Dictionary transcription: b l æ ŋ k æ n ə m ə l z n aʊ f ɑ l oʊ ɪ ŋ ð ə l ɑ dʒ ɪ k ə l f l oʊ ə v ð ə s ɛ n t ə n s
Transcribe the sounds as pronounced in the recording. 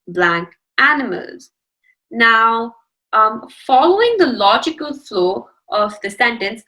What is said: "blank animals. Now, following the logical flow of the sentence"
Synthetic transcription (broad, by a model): b l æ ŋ k æ n ə m ə l z n aʊ f ɑ l oʊ ɪ ŋ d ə l ɑ dʒ ɪ k ə l f l oʊ ə v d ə s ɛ n t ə n s